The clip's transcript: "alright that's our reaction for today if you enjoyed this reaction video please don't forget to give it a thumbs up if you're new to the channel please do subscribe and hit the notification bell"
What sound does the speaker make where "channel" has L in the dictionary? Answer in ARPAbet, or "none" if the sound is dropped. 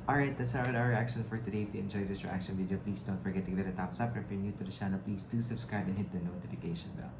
L